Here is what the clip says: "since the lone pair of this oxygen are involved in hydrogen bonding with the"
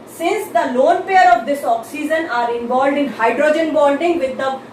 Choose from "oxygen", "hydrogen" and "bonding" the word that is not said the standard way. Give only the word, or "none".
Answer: bonding